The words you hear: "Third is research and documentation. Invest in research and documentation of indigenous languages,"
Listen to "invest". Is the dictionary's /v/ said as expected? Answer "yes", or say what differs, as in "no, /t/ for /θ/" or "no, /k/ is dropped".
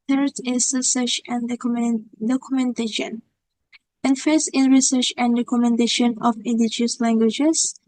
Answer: no, /f/ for /v/